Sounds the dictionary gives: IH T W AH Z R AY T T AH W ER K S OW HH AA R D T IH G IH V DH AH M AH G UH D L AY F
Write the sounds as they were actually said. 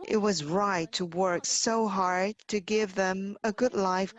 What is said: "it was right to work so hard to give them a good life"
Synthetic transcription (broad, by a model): IH T W AH Z R AY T T AH W ER K S OW HH AA R D T IH G IH V DH AH M AH G UH D L AY F